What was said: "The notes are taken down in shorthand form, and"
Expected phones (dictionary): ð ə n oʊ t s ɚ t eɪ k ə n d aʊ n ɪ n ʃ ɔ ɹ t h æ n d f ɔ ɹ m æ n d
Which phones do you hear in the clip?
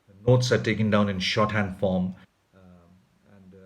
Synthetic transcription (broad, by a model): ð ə n oʊ t s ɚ t eɪ k ə n d aʊ n ɪ n ʃ ɔ t h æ n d f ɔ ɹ m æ n d